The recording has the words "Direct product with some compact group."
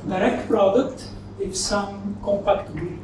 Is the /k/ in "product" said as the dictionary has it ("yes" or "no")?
yes